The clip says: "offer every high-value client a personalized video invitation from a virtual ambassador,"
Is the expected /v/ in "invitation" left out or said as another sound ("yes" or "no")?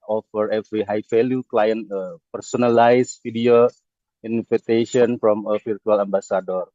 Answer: yes